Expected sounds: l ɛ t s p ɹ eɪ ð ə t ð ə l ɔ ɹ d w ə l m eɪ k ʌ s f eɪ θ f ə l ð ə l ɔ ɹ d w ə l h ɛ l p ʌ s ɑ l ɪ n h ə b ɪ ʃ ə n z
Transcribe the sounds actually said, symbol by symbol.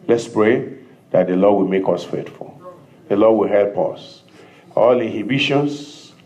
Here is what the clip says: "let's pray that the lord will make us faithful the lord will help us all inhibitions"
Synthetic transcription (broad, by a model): l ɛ t s p ɹ eɪ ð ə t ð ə l ɔ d w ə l m eɪ k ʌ s f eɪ t f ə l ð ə l ɔ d w ə l h ɛ l p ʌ s ɑ l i n h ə b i ʃ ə n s